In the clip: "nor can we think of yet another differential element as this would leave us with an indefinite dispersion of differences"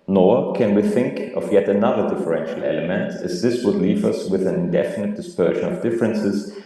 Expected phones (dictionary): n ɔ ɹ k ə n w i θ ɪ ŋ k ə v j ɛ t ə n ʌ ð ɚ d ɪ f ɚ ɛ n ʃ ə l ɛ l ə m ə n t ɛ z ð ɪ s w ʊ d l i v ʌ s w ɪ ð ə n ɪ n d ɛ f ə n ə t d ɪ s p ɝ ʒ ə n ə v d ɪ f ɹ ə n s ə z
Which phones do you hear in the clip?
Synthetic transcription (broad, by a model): n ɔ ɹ k ə n w i θ ɪ ŋ k ə v j ɛ t ə n ʌ ð ɚ d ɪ f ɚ ɛ n ʃ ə l ɛ l ə m ə n t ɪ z ð ɪ s w ʊ d l i v ʌ s w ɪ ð ə n ɪ n d ɛ f ə n ə t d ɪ s p ɝ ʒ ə n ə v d ɪ f ɹ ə n s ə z